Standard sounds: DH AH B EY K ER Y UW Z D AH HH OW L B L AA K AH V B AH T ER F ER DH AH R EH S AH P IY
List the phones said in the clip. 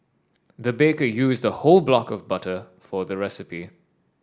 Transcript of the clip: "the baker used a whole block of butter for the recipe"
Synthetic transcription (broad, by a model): DH AH B EY K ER Y UW Z D AH HH OW L B L AA K AH V B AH T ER F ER DH AH R EH S AH P IY